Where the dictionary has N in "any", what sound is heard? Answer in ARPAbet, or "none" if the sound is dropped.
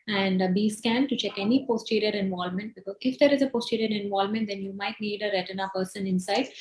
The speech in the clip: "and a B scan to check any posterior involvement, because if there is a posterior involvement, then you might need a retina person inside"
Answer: N